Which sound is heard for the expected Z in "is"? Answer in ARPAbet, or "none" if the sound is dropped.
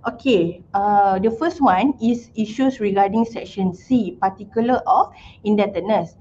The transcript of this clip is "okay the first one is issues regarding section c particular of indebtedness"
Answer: S